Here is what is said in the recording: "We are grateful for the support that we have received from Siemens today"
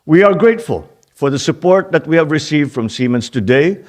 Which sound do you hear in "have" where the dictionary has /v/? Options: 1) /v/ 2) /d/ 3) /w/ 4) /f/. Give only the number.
1